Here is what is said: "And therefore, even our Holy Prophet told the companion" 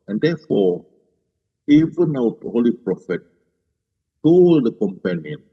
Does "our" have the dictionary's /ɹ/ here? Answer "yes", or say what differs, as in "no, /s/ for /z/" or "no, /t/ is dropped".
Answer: no, /w/ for /ɹ/